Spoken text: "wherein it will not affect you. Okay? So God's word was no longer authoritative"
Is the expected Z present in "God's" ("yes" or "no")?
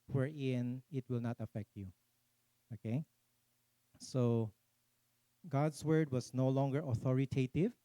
no